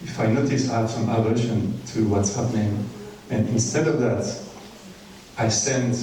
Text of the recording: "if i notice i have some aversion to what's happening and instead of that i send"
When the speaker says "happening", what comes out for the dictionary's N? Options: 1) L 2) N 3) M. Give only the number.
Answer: 2